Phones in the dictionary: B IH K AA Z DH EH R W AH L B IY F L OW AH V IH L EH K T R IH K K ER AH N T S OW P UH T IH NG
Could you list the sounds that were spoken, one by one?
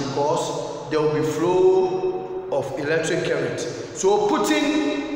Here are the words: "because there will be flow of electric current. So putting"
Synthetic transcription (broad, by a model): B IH K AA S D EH W AH L B IY F L OW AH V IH L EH K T R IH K K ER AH T S OW P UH T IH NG